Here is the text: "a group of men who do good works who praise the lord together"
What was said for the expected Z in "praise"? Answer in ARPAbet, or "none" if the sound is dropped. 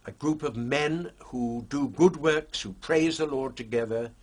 Z